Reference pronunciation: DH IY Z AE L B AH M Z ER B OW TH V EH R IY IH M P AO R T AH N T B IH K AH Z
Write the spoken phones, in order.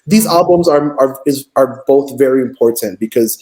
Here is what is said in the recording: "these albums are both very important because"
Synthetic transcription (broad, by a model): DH IY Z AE L B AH M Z ER B OW TH V EH R IY IH M P AO R T AH N T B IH K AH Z